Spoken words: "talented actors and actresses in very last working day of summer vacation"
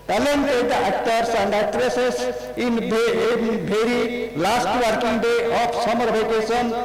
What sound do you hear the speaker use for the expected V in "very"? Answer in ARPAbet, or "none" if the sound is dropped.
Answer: B